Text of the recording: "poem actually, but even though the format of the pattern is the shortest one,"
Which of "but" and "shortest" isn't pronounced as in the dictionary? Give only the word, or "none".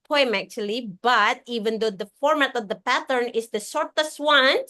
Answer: shortest